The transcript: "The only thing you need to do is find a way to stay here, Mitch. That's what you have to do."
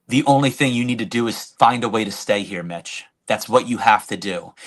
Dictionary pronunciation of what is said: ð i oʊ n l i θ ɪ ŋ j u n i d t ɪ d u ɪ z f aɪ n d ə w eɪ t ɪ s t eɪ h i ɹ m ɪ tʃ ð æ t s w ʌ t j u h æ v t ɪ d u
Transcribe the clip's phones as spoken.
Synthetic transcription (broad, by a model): ð i oʊ n l i θ ɪ ŋ j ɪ n i d t ɪ d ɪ ɪ z f aɪ n d ə w eɪ t ɪ s t eɪ h i ɹ m ɪ tʃ ð æ t s w ʌ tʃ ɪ h æ f t ɪ d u